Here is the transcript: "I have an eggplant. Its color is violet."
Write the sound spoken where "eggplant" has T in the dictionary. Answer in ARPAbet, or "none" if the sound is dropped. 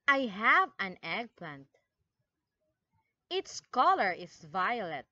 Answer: T